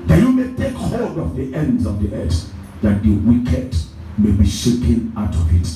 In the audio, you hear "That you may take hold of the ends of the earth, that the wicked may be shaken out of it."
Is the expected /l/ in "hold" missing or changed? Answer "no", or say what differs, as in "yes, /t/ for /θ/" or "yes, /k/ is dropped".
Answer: yes, /l/ is dropped